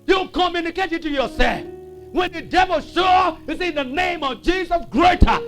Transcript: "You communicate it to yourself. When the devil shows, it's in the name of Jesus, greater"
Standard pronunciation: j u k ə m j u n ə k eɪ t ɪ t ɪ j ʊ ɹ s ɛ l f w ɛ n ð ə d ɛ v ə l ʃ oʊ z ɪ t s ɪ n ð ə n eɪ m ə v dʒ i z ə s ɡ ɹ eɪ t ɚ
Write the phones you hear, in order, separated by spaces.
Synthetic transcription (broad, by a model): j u k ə m j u n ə k eɪ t ɪ t ɪ j ʊ ɹ s ɛ l f w ɛ n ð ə d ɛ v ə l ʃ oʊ ɪ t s ɪ n ð ə n eɪ m ə v dʒ i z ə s ɡ ɹ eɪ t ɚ